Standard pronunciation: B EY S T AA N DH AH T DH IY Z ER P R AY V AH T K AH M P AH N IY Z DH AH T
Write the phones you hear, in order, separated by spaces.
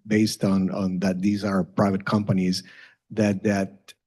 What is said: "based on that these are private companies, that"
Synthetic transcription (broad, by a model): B EY S T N N DH AH T DH IY Z ER P R AY V AH T K AH M P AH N IY Z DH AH T